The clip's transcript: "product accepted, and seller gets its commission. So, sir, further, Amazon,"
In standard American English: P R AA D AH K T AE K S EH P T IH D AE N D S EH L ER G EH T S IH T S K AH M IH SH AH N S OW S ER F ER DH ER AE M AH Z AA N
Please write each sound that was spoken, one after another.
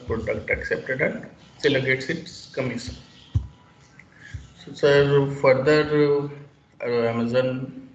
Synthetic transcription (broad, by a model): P R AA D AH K T AE K S EH P T IH D AE N D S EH L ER G EH T S IH T S K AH M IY S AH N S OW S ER F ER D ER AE M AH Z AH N